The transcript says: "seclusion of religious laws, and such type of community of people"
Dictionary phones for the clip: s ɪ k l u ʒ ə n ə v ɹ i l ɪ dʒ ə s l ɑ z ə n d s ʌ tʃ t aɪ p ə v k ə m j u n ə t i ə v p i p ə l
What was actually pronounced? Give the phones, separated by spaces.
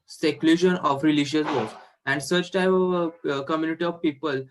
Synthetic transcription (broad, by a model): s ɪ k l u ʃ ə n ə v ɹ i l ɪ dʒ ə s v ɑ s ə n d s ʌ tʃ t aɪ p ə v k ə m j u n ə t i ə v p i p ə l